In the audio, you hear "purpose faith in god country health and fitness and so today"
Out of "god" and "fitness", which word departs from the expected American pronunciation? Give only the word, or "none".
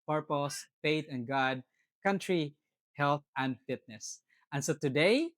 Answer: none